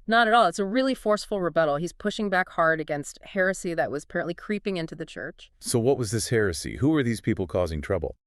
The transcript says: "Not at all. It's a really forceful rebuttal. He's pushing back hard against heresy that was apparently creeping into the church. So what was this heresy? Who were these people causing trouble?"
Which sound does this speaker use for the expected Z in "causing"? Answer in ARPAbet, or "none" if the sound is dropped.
Z